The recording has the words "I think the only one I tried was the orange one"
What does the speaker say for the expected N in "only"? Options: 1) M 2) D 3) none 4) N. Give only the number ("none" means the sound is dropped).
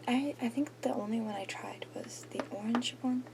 4